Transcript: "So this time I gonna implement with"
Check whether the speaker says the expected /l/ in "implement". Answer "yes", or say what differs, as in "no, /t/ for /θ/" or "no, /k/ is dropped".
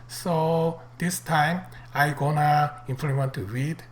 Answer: no, /l/ is dropped